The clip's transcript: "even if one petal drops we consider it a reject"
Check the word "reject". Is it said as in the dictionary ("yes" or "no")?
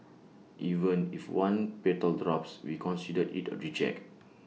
no